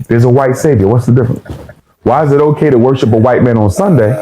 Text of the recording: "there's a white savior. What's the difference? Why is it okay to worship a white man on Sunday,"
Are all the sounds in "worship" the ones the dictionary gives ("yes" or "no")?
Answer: yes